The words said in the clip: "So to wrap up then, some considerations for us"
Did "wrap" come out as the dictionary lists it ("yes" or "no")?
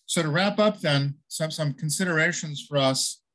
yes